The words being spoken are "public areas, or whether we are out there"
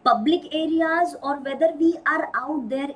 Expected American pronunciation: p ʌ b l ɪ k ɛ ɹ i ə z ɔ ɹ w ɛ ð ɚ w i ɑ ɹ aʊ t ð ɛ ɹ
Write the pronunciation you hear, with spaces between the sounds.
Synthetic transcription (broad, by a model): p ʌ b l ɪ k ɛ ɹ i ə z ɔ ɹ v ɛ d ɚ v i ɑ ɹ aʊ t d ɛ ɹ